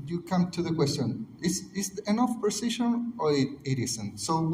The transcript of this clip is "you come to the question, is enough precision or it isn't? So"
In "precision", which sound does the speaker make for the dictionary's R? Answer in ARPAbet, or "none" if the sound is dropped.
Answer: none